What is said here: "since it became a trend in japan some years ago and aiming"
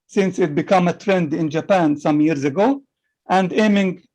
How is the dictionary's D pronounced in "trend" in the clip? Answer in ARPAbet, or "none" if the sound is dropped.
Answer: D